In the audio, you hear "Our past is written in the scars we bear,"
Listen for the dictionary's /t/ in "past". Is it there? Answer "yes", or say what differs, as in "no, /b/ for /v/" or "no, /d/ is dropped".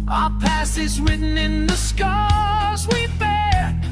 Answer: no, /t/ is dropped